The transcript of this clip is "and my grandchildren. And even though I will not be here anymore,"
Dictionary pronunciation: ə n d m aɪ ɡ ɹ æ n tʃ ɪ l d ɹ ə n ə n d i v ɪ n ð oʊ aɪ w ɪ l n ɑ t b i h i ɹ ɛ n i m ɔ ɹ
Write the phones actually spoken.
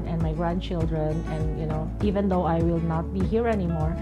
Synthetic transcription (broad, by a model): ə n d m aɪ ɡ ɹ æ n tʃ ɪ l d ɹ ə n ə n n i v ɪ n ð oʊ aɪ w ɪ l n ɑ t b i h i ɹ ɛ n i m ɔ ɹ